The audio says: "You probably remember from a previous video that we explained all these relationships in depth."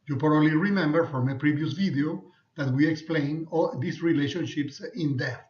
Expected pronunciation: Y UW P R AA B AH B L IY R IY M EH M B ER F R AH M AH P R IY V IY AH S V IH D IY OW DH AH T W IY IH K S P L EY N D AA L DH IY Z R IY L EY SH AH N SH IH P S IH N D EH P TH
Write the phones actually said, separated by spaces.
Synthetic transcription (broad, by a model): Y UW P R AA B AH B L IY R IY M EH M B ER F R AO M AH P R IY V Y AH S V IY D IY OW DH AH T W IY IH K S P L EY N AA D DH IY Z R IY L EY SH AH N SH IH P S IH N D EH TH